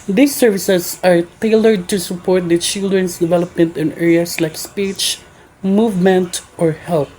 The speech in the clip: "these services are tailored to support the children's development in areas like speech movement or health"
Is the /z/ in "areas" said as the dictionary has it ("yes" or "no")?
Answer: no